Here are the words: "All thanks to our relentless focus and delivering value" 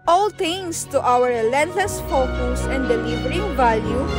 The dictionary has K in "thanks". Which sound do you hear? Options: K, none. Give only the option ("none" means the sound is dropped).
none